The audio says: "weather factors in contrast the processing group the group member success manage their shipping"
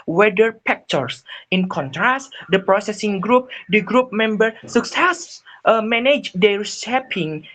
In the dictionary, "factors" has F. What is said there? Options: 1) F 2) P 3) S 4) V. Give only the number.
2